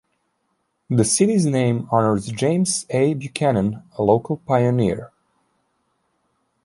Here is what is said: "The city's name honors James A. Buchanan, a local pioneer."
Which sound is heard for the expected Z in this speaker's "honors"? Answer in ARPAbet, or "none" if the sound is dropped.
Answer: Z